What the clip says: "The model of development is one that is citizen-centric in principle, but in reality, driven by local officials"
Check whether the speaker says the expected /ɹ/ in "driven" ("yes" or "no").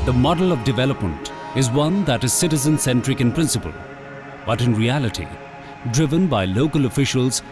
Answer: yes